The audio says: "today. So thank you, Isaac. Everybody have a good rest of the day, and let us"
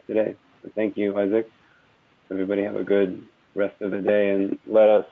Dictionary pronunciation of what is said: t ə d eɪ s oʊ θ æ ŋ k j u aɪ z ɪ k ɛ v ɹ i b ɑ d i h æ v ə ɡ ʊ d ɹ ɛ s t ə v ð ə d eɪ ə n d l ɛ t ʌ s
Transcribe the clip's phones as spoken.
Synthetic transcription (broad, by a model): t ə d eɪ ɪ θ æ ŋ k j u aɪ z ɪ k ɛ v ɹ i b ɑ d i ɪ v ə ɡ ʊ d ɹ ɛ s t ə v ð ə d eɪ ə n l ɛ t ʌ s